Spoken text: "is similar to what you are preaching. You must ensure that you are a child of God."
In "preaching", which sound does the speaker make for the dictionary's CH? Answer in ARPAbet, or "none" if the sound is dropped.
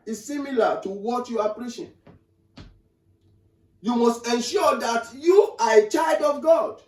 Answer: SH